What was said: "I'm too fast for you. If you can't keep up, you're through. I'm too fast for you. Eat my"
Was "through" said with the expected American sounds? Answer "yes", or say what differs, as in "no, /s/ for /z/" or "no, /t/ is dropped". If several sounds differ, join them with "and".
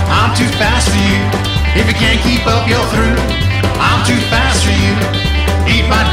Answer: yes